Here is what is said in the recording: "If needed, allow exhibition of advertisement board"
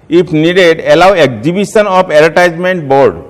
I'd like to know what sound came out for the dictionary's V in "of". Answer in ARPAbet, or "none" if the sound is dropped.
P